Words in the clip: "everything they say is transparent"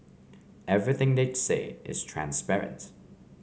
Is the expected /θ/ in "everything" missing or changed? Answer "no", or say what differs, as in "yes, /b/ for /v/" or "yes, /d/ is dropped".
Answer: no